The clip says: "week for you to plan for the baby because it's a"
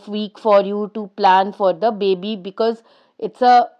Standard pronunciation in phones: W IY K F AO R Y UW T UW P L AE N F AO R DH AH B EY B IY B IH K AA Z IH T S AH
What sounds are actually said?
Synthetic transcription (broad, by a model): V IY K F AO R Y UW T UW P L AE N F AO R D AH B EY B IY B IH K AA Z IH T S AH